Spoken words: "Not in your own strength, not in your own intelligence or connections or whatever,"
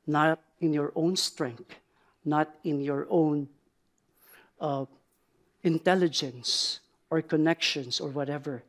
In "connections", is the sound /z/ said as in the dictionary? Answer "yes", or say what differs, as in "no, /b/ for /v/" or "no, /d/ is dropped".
no, /s/ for /z/